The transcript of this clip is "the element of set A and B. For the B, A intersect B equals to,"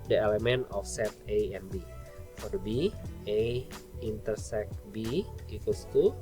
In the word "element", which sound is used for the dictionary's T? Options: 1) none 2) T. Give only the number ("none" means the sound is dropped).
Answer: 1